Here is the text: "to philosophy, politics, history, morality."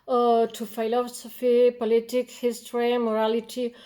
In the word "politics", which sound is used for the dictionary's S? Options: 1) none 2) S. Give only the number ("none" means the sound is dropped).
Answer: 1